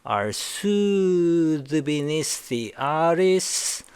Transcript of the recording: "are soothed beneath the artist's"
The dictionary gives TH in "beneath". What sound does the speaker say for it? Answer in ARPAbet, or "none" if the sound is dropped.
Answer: S